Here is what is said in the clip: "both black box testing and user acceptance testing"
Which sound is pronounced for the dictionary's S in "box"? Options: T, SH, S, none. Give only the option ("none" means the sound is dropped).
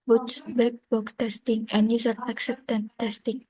none